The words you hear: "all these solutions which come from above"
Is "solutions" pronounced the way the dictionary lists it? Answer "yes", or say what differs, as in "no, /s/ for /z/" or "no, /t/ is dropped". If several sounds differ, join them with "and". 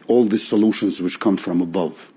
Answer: yes